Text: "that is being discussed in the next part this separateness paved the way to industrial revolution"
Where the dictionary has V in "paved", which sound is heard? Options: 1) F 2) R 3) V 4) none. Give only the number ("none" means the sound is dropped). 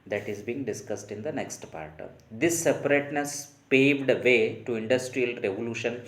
3